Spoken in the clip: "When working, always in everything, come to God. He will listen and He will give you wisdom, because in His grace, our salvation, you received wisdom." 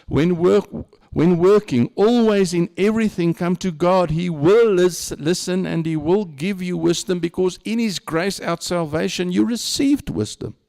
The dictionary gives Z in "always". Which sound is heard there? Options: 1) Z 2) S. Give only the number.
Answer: 1